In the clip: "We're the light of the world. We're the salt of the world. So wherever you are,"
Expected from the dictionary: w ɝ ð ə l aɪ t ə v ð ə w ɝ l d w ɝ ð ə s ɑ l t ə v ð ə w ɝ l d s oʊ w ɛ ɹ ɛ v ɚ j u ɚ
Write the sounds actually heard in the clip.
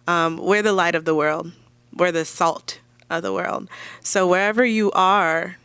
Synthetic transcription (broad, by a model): w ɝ ð ə l aɪ t ə v ð ə w ɝ l d w ɝ ð ə s ɑ l t ə v ð ə w ɝ l d s oʊ w ɛ ɹ ɛ v ɚ j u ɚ